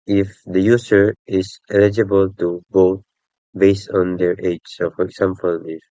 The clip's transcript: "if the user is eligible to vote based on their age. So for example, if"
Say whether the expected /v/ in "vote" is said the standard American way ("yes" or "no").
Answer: no